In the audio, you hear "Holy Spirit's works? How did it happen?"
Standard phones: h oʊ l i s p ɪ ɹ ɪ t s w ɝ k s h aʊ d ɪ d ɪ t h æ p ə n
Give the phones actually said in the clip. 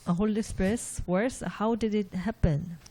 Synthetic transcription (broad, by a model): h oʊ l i s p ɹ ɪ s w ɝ s h aʊ d ɪ d ɪ t h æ p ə n